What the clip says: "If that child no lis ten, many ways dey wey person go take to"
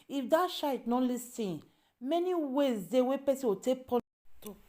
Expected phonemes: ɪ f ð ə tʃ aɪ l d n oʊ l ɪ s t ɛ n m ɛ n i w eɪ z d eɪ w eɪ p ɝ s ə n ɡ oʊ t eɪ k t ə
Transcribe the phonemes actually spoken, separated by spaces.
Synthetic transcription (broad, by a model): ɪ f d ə ʃ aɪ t n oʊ l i s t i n m ɛ n i w eɪ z d eɪ w eɪ p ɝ s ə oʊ t eɪ k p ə